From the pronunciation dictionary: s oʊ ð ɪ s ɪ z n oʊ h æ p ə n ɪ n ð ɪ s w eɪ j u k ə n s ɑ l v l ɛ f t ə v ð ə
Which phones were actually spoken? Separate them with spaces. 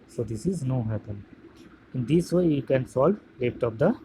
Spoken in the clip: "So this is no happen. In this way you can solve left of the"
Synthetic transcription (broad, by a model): s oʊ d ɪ s ɪ z n oʊ h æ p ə n ɪ n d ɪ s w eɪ j u k ə n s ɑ l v l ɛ p t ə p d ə